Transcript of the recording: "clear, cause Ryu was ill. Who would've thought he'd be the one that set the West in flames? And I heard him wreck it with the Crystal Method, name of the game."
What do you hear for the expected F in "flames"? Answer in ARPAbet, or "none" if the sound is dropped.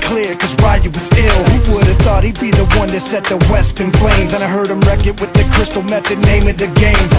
P